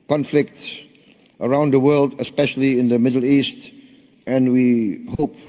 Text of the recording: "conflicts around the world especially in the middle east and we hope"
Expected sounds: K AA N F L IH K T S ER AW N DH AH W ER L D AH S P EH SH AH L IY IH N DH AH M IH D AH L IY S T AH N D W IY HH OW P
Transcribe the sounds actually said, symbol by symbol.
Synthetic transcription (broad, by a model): K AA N F L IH K T S ER AW N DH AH W ER L D AH S P EH SH AH L IY IH N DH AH M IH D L IY S T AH N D W IY HH OW P